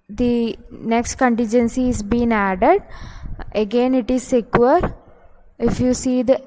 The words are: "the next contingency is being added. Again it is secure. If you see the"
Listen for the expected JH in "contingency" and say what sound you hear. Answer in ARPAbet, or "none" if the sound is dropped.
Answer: JH